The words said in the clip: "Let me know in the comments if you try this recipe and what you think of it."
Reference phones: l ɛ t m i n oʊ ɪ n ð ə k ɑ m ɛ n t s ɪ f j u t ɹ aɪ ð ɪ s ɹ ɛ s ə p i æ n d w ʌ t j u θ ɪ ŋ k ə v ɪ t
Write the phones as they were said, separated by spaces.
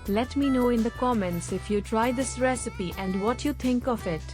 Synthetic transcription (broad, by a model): l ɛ t m i n oʊ ɪ n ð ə k ɑ m ɛ n t s ɪ f j u t ɹ aɪ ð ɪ s ɹ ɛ s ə p i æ n d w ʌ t j u t ɪ ŋ k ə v ɪ t